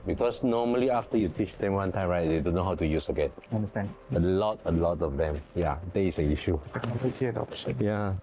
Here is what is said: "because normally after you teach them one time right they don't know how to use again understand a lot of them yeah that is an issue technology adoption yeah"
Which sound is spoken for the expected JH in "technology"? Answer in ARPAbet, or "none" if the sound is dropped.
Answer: none